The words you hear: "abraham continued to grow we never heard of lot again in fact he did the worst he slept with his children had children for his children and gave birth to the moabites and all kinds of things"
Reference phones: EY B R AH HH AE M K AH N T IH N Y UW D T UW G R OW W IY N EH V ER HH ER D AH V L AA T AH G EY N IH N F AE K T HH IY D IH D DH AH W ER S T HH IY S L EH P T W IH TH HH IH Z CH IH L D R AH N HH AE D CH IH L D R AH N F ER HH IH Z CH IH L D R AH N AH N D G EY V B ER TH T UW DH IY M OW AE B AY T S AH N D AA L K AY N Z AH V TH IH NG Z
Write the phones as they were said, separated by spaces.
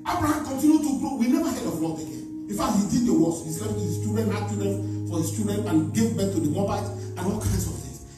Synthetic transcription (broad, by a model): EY B R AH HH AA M K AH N T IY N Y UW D T UW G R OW W IY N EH V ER HH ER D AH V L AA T AH G EY N IH N F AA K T HH IY D IH D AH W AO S HH IY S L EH F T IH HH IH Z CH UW D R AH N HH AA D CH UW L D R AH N F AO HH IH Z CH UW D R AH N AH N G EY V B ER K T UW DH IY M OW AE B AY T AH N AA L K AY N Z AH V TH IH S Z